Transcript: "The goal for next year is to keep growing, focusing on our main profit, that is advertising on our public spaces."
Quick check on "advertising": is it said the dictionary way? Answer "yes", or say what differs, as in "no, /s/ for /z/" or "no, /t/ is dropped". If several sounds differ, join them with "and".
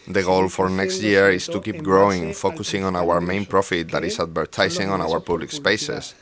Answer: no, /s/ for /z/